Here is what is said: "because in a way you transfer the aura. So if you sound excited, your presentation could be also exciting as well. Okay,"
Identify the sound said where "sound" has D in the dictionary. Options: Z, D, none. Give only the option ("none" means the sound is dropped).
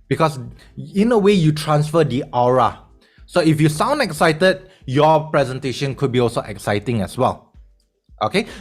D